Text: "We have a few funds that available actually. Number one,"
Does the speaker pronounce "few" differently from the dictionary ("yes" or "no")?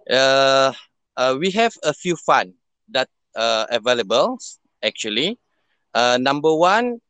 no